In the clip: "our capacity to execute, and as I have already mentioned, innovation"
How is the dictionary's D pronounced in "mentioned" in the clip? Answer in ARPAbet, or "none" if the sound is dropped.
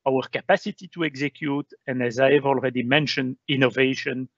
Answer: D